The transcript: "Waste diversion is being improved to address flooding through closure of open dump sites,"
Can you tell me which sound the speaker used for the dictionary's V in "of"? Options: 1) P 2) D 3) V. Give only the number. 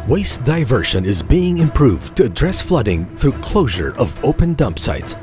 3